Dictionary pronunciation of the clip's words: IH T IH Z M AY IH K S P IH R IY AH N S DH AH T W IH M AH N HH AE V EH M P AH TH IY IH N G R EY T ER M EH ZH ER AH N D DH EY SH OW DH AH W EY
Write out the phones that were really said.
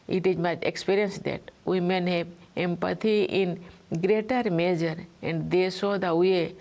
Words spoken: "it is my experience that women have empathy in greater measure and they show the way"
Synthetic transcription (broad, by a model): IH T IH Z M AY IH K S P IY R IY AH N S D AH T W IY M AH N HH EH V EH M P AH T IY IH N G R EY T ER M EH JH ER AH N D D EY S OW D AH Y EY